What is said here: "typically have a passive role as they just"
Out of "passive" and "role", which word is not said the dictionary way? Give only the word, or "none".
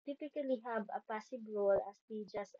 passive